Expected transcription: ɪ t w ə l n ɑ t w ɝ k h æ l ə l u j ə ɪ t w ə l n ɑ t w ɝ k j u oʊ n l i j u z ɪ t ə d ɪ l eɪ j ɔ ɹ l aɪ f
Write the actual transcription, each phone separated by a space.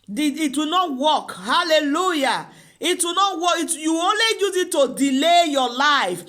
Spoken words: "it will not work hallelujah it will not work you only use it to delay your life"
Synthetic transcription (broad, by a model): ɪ t w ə n ɑ t w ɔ k h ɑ l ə l u j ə ɪ t w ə n ɑ t w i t j u oʊ n l i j u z ɪ t ə d ɪ l eɪ j ɔ l aɪ f